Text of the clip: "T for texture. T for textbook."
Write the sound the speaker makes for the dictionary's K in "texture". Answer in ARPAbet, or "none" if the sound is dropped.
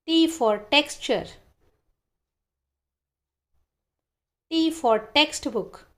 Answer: K